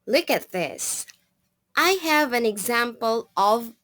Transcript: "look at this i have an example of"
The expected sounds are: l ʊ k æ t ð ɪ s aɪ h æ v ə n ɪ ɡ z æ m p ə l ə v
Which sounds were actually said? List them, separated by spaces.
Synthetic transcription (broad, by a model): l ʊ k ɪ t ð ɪ s aɪ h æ v ə n ɪ ɡ z æ m p ə l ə v